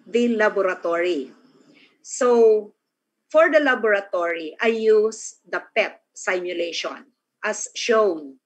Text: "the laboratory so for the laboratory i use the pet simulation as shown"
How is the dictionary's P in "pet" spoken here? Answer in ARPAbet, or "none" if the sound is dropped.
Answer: P